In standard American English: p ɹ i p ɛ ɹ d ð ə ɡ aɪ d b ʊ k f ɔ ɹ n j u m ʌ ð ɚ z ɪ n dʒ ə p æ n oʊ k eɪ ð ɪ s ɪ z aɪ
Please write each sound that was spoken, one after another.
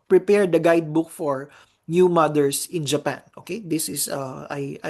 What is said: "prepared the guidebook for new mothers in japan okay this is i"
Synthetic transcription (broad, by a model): p ɹ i p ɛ ɹ d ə ɡ aɪ d b ʊ k f ɔ ɹ n j u m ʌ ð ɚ s ɪ n dʒ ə p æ n oʊ k eɪ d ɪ s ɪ s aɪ